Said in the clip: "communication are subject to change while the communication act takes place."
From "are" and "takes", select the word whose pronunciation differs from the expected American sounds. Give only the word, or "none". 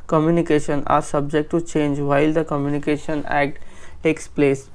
none